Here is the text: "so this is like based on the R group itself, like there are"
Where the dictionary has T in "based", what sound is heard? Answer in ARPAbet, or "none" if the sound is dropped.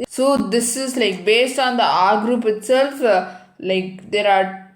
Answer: T